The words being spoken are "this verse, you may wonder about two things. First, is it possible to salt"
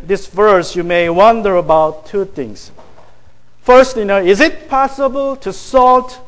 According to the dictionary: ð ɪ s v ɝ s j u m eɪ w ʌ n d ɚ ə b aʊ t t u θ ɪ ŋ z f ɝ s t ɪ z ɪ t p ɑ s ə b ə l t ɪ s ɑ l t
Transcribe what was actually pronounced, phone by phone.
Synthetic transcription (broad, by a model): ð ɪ s v ɝ s j u m eɪ w ʌ n d ɚ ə b aʊ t t u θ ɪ ŋ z f ɝ s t ɪ z ɪ t p ɑ s ə b ə l t ɪ s ɑ l t